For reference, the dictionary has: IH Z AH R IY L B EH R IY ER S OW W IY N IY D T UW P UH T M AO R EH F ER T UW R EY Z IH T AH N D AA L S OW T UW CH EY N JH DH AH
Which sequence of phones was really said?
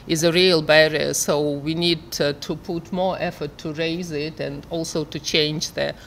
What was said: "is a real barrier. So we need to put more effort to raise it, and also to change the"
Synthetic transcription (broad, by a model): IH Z AH R IY L B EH R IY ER S OW W IY N IY D T UW P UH T M AO R EH F ER T UW R EY Z IH T AH N D AA L S OW T UW CH EY N JH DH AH